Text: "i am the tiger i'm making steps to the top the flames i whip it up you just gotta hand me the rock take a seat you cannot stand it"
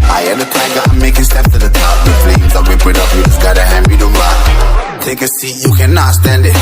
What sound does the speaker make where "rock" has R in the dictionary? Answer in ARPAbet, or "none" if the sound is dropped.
L